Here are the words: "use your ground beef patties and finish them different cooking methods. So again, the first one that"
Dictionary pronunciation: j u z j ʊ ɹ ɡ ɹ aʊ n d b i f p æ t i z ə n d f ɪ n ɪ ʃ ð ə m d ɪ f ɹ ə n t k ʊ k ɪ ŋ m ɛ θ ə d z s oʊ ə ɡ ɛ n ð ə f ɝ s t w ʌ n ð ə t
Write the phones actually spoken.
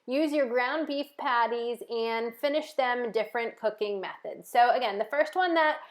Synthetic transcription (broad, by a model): j u z j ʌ ɹ ɡ ɹ aʊ n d b i f p æ t i z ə n f ɪ n ɪ ʃ ð ə m d ɪ f ɹ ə n k ʊ k ɪ ŋ m ɛ θ ə d z s oʊ ə ɡ ɛ n ð ə f ɝ s t w ʌ n ð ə t